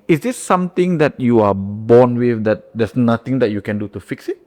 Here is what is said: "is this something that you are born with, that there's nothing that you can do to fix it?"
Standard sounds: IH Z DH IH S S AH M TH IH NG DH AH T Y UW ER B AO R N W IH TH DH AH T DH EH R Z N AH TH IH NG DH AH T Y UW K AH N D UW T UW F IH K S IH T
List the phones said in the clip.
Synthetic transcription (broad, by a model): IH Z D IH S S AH M T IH NG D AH T Y UW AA B AO N W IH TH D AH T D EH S N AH T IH NG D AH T Y UW K AH N D UW T UW F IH K S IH T